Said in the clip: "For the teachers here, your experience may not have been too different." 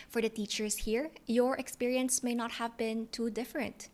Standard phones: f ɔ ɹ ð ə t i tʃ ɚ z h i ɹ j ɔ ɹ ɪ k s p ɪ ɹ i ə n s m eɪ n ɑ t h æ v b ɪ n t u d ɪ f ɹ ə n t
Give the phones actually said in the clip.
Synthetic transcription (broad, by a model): f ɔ ɹ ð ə t i tʃ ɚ s h i ɹ j ɔ ɹ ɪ k s p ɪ ɹ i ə n s m eɪ n ɑ t h æ v b ɪ n t u d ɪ f ɹ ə n t